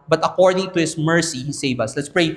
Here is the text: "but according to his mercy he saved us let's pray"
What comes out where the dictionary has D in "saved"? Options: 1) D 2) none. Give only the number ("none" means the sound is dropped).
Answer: 2